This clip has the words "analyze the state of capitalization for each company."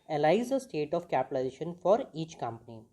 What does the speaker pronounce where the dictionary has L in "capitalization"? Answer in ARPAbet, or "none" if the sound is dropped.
none